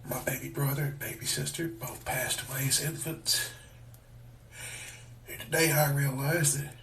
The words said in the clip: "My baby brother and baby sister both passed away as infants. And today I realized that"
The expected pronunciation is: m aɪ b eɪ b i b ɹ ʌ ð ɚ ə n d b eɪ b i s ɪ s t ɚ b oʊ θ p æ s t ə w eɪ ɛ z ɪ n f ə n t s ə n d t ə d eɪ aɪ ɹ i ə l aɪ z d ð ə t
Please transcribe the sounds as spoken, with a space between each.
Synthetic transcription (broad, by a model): m aɪ b eɪ b i b ɹ ʌ ð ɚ ə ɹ b eɪ b i s ɪ s t ɚ b oʊ θ p æ s t ə w eɪ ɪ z ɪ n f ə n t s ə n t ə d eɪ aɪ ɹ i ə l aɪ z ð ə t